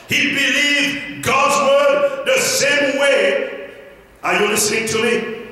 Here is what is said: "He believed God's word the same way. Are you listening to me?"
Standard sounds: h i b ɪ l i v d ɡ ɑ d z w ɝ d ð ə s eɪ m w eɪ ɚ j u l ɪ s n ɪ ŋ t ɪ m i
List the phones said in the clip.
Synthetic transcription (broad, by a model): h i b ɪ l i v ɡ ɑ d z w ɝ d ð ə s eɪ m w eɪ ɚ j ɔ n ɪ s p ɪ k t ɪ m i